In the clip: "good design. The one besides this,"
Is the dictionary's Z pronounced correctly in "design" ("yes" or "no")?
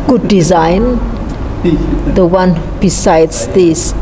yes